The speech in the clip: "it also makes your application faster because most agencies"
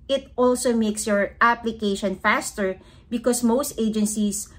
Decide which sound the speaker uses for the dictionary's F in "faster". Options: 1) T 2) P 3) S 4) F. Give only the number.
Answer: 4